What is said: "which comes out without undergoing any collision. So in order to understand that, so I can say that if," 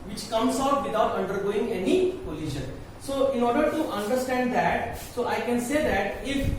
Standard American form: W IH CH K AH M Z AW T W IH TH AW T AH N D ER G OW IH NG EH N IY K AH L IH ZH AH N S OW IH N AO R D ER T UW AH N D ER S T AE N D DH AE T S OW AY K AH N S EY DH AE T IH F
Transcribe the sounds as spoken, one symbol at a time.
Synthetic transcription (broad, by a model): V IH CH K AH M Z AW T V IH T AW T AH N D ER G OW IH NG EH N IY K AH L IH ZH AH N S OW IH N AO R D ER T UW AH N D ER S T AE N D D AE T S OW AY K AH N S EY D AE T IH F